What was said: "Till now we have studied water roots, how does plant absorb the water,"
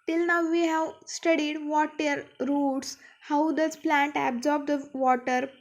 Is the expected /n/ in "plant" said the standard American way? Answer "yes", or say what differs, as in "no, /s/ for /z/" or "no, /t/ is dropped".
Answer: yes